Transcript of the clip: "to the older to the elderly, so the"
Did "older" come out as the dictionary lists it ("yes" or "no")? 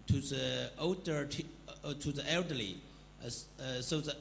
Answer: no